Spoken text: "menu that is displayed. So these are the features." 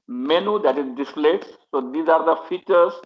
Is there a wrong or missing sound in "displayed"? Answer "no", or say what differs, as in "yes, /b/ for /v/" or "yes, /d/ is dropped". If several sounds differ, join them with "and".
yes, /p/ is dropped